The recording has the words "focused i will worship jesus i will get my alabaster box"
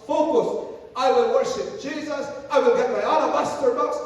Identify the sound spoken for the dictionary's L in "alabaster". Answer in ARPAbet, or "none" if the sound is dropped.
N